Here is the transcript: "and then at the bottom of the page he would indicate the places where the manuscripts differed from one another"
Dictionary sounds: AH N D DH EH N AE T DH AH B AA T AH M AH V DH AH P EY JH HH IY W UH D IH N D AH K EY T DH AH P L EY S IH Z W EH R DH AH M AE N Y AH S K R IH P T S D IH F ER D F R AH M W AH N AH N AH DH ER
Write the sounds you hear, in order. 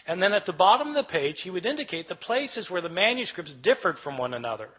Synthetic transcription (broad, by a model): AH N DH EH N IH T DH AH B AA T AH M AH V DH AH P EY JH HH IY W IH D IH N D AH K EY T DH AH P L EY S IH Z W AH R DH AH M AE N Y AH S K R IH P T S D IH F ER D F R AH M W AH N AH N AH DH ER